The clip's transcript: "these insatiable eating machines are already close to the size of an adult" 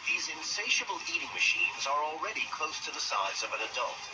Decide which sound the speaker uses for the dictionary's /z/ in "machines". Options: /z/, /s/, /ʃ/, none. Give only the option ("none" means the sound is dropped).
/z/